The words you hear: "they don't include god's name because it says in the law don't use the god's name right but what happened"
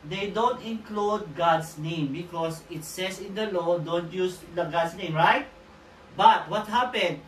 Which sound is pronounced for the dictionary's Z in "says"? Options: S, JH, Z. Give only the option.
S